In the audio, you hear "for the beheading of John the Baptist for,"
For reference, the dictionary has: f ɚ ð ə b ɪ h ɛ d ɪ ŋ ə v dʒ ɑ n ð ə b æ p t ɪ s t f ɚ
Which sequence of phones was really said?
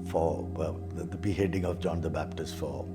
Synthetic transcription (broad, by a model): f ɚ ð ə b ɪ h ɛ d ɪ ŋ ə v dʒ ɑ n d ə b æ p t ɪ s t f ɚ